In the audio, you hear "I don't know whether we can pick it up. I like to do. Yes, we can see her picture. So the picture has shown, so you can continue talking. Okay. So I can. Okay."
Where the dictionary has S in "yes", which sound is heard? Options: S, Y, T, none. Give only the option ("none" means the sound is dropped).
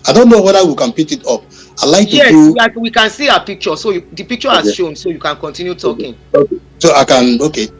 none